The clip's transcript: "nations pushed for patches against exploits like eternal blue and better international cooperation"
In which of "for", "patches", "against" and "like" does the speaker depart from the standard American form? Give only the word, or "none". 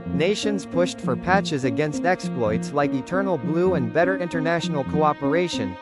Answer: none